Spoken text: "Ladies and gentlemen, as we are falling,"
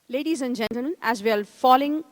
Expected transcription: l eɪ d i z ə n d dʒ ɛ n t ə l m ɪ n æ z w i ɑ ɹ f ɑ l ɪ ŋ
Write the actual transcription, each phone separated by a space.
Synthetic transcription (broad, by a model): l eɪ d i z ə n d dʒ ɛ n t ə l m ɪ n æ z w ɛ l f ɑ l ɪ ŋ